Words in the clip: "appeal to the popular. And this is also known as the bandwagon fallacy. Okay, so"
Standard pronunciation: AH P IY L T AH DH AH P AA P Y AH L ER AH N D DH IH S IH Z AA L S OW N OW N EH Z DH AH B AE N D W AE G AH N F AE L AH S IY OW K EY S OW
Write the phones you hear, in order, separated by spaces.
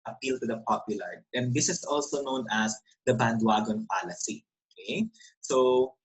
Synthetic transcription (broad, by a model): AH P IY L T AH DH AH P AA P Y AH L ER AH N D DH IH S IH S AA L S OW N OW N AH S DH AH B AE N D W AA G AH N P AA L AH S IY OW K EY S OW